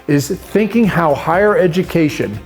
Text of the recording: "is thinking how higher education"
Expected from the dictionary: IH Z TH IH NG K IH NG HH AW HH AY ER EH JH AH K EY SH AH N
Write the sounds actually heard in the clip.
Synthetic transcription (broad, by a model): IH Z TH IH NG K IH NG HH AW HH AY ER EH JH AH K EY SH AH N